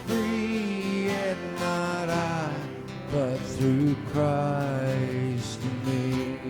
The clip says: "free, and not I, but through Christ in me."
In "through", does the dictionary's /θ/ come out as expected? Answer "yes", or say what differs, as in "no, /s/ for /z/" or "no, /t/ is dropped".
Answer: yes